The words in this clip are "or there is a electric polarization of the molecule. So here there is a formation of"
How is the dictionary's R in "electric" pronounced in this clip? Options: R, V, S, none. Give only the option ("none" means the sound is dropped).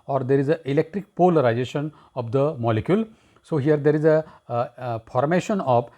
R